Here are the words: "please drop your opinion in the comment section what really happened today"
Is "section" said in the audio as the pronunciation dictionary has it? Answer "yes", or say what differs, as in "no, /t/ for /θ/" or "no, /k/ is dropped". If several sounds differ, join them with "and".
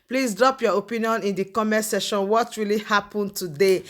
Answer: no, /k/ is dropped